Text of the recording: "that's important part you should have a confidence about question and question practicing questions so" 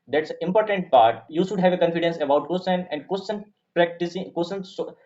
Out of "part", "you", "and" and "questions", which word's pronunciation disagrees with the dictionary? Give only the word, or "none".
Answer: questions